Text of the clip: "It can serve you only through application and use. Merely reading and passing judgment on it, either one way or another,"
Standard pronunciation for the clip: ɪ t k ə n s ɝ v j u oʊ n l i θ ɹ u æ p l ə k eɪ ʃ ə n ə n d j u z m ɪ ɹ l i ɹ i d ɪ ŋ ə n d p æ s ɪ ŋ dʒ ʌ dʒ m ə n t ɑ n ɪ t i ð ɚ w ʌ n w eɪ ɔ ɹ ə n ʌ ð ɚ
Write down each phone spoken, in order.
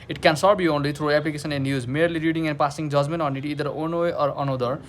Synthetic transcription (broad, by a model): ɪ t k ə n s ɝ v j u oʊ n l i t ɹ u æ p l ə k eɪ s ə n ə n j u z m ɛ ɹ l i ɹ i d ɪ ŋ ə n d p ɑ s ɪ ŋ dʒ ʌ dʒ m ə n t ɑ n ɪ t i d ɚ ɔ n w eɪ ɔ ɹ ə n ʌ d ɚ